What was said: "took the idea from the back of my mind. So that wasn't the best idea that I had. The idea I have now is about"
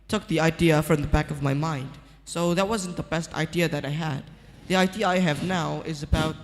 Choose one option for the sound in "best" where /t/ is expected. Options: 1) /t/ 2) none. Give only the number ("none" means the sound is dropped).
1